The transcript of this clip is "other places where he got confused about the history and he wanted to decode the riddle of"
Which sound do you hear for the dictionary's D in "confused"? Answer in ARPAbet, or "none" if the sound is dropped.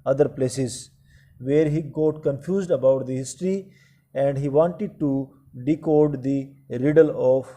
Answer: D